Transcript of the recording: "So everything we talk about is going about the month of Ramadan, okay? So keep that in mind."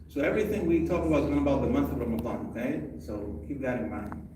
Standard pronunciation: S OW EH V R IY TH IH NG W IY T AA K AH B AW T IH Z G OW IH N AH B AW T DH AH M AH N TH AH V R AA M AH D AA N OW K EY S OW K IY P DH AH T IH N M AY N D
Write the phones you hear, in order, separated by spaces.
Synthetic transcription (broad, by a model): S OW EH V R IY TH IH NG W IY T AA K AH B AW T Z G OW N AH B AW T DH AH M AH N TH AH V R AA M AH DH AA N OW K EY S OW K IY P DH AH T IH N M AY N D